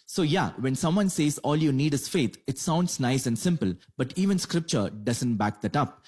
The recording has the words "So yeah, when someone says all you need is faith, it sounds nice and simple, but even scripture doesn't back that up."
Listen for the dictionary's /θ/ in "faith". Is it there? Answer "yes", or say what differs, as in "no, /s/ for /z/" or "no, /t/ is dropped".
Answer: no, /t/ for /θ/